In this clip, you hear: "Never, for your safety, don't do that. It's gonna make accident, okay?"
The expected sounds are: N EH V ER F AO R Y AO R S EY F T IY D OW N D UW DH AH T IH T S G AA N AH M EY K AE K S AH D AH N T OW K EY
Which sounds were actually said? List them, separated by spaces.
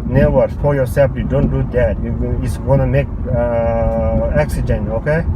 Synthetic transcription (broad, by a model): N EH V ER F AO L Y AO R S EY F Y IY D OW N D UW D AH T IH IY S G AA N AH M EY K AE K S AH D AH N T OW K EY